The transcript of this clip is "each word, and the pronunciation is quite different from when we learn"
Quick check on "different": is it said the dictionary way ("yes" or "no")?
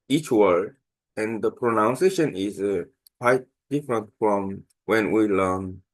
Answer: yes